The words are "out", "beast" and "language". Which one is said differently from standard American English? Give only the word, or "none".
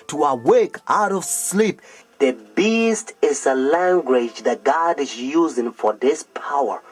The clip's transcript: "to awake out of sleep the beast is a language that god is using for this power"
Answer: none